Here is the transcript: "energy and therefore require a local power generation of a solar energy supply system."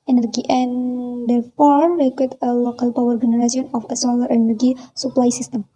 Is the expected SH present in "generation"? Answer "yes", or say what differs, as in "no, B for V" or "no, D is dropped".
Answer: no, S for SH